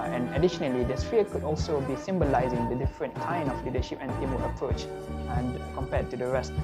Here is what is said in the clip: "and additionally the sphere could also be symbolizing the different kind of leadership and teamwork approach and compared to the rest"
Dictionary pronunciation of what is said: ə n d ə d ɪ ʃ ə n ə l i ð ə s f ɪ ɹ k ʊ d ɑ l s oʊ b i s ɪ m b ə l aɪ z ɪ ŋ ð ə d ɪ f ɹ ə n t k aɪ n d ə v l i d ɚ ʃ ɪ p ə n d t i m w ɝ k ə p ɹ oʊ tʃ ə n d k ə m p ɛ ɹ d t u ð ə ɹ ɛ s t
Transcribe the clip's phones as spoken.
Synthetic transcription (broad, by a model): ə n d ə d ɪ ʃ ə n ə l i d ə s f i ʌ k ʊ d ɑ l s oʊ b i s ɪ m b ə l aɪ z ɪ ŋ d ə d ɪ f ɹ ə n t k aɪ n ə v l i d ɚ ʃ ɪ p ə n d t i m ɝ ə p ɹ oʊ tʃ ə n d k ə m p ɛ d t u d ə ɹ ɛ s t